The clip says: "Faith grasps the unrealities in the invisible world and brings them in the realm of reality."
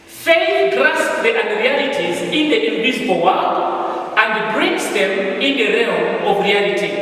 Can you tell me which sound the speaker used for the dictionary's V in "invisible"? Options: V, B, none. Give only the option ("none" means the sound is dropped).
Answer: none